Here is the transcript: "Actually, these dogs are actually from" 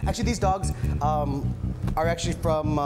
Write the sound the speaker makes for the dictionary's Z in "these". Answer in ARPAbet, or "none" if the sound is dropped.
Z